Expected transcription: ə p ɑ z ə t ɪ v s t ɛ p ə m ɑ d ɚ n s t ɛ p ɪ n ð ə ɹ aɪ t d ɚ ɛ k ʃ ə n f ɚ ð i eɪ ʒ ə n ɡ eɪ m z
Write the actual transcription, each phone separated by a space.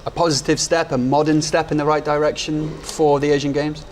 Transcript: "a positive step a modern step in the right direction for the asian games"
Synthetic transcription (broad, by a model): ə p ɑ z ə t ɪ v s t ɛ p ə m ɑ d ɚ n s t ɛ p ɪ n ð ə ɹ aɪ t d ɚ ɛ k ʃ ə n f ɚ ð i eɪ ʒ ə n ɡ eɪ m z